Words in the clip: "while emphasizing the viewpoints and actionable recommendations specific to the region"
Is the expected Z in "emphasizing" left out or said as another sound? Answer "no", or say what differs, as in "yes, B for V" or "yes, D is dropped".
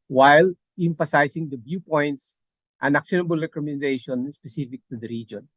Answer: yes, S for Z